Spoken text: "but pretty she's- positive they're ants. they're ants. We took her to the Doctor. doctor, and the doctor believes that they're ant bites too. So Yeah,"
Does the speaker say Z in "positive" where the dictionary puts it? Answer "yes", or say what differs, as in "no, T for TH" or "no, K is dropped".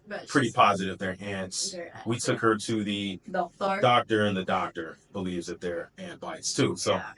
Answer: yes